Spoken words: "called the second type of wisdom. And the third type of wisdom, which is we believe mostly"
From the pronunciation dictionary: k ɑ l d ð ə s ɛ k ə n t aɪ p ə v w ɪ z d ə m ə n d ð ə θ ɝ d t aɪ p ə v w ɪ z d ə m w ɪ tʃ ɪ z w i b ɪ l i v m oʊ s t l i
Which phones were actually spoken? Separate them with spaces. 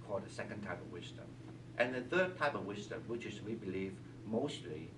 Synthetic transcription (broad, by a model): k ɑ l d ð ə s ɛ k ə n t aɪ p ə v w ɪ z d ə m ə n ð ə θ ɝ d t aɪ p ə v w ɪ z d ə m w ɪ tʃ ɪ z w i b ɪ l i v m oʊ s t l i